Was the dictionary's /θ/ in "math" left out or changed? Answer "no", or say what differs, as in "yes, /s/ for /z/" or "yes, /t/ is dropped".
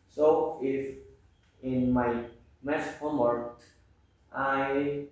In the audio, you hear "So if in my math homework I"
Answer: yes, /s/ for /θ/